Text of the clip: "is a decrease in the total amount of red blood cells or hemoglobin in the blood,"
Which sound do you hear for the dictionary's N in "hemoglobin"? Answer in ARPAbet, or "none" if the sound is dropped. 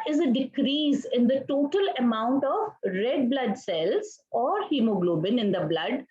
N